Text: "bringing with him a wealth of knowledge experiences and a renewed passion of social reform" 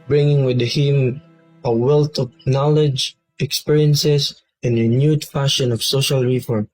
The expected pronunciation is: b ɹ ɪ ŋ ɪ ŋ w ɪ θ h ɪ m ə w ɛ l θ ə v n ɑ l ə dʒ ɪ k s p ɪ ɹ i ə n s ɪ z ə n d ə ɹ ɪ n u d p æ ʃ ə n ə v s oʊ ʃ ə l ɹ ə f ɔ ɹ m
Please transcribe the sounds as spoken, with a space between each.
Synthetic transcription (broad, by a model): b ɹ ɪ ŋ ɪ ŋ w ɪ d h ɪ m ə w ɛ l t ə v n ɑ l ə dʒ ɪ k s p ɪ ɹ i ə n s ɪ s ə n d ə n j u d f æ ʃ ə n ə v s oʊ ʃ ə l ɹ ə f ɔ ɹ m